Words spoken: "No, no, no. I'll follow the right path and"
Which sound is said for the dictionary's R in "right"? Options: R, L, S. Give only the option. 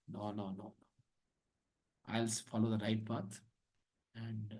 R